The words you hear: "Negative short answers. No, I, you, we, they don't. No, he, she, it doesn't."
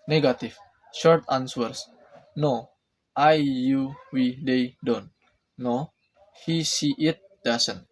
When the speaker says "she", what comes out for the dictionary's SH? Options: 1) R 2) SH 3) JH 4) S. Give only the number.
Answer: 4